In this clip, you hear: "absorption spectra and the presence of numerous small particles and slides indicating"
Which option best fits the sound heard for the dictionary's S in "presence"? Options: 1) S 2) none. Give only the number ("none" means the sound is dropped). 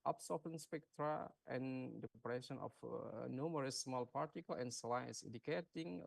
2